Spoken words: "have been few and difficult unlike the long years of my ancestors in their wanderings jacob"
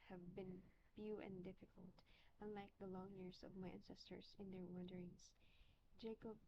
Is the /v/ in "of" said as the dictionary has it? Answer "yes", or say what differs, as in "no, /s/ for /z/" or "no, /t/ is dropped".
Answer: yes